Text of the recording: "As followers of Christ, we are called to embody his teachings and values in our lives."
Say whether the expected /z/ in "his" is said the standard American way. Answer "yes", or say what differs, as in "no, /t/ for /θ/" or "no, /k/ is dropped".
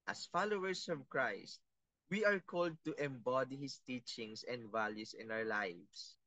no, /s/ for /z/